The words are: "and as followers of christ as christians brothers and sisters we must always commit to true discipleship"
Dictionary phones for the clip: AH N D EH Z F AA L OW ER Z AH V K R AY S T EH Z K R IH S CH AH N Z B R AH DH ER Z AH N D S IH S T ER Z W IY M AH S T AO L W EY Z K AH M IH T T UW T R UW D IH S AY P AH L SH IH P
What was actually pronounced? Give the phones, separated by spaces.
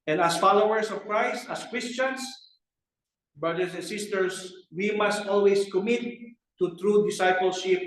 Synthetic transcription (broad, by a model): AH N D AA S F AA L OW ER S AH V K R AY S T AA S K R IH S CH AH N S B R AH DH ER S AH N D S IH S T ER S W IY M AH S T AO L W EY S K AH M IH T T UW T R UW D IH S AY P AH L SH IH P